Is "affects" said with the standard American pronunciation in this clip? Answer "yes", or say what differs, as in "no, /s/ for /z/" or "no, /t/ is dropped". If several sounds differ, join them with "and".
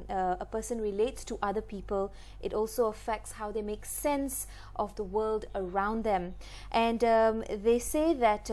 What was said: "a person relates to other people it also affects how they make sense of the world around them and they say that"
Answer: yes